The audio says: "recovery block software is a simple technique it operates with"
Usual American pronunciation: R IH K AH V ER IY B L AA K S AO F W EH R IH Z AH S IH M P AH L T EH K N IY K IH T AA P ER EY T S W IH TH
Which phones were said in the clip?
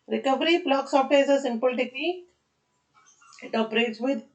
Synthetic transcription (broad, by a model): R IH K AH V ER IY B L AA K S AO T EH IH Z AH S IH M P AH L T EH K L IY IH T AA P ER EY T S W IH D